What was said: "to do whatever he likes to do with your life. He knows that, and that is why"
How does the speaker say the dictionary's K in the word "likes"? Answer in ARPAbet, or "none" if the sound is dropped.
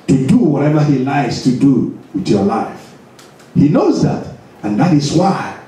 none